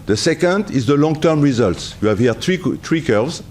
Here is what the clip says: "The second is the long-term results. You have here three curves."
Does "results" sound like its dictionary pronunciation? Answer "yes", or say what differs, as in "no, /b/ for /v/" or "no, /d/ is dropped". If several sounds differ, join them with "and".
yes